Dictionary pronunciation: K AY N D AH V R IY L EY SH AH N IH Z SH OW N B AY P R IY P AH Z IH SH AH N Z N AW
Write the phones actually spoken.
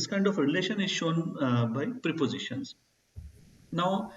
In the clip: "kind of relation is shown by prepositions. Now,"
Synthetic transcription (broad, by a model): K AY N D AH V R IY L EY SH AH N IH Z SH OW N B AY P R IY P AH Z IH SH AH N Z N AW